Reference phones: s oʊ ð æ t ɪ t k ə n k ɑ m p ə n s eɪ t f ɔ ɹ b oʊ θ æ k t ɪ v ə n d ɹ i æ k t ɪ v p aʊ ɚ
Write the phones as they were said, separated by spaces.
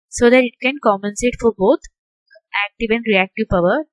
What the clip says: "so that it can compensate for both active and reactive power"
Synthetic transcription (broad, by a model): s oʊ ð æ t ɪ t k ə n k ɑ m p ə n s eɪ t f ɔ ɹ b oʊ t æ k t ɪ v ə n d ɹ i æ k t ɪ v p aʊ ɚ